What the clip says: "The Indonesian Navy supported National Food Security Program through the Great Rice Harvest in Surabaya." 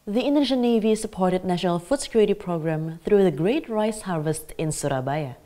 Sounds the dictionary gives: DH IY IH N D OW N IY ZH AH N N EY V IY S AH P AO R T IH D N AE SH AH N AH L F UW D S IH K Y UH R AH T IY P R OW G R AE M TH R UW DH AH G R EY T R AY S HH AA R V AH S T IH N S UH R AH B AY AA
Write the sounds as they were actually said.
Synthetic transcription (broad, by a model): DH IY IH N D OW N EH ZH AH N N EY V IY S AH P AO R T IH D N AE SH AH N AH L F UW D S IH K Y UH R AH T IY P R OW G R AE M TH R UW DH AH G R EY T R AY S HH AA R V AH S T IH N S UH R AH B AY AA